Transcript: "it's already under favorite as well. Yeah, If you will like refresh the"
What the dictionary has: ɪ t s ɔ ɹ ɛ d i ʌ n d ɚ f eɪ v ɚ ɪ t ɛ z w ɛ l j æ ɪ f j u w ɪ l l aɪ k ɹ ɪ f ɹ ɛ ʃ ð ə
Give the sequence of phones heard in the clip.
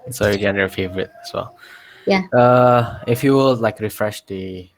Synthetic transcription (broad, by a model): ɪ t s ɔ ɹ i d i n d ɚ f eɪ v ɚ ɪ t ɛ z w ɛ l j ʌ ɪ f j u w ɪ l l aɪ k ɹ ɪ f ɹ ɛ ʃ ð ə